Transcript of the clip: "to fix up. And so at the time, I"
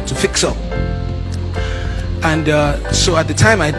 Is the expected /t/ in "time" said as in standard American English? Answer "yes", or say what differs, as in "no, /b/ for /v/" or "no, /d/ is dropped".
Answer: yes